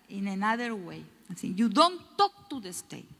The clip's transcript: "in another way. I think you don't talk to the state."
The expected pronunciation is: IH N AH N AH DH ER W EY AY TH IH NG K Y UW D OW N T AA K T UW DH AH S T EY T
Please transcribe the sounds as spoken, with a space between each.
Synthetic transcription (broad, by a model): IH N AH N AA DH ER W EY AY S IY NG Y UW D OW N T AA K T UW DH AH S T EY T